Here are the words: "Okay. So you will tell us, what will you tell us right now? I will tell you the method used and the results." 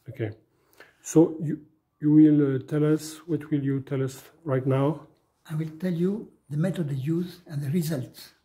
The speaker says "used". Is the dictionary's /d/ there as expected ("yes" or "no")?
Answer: no